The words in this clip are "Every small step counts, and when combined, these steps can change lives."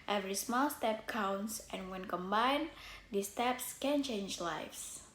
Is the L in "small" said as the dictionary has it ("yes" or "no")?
yes